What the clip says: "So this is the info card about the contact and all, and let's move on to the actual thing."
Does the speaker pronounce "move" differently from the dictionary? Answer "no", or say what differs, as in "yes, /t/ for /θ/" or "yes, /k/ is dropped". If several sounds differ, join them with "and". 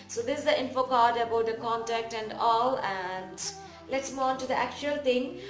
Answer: yes, /v/ is dropped